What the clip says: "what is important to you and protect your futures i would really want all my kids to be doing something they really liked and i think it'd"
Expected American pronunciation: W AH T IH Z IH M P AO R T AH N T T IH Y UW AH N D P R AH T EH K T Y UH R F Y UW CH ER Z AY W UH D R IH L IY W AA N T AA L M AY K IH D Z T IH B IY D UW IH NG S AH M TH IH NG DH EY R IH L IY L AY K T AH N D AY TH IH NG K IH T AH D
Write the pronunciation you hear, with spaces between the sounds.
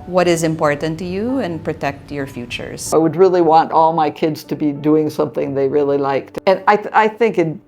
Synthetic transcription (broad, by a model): W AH T IH Z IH M P AO R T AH N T T IH Y UW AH N P R AH T EH K T Y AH R F Y UW CH ER Z AY W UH D R IH L IY W AA N T AA L M AY K IH D Z T IH B IY D UW IH NG S AH M TH IH NG DH EY R IH L IY L AY K T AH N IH AY TH IH NG K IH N